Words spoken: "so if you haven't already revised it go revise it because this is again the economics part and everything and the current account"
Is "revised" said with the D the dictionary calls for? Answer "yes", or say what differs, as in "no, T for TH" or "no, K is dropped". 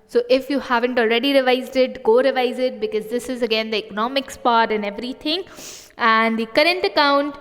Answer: yes